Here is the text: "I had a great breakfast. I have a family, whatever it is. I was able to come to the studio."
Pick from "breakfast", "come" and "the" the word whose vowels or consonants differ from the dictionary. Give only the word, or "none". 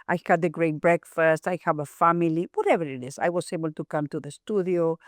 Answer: none